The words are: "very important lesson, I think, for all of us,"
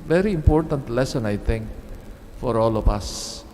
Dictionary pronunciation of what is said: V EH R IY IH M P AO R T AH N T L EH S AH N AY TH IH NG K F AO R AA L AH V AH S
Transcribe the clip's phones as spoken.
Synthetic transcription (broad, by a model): V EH R IY IH M P AO R T AH N T L EH S AH N AY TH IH NG K F AO R AA L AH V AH S